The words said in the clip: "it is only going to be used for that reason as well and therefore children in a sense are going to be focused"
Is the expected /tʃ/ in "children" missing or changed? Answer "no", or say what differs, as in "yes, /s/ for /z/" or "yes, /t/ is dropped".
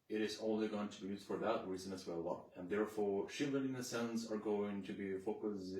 yes, /ʃ/ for /tʃ/